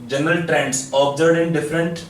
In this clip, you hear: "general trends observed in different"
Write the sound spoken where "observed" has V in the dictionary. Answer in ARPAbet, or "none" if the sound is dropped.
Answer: none